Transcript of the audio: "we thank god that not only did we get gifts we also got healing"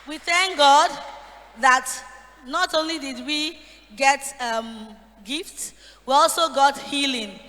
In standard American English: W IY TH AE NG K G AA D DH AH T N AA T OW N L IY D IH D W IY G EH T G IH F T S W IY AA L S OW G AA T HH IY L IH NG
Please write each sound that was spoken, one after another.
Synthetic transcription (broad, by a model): W IY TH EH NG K G AA D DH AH T N AA T OW N L IY D IH D W IY G EH T G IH F T S W IY AA L S OW G AA T HH IY L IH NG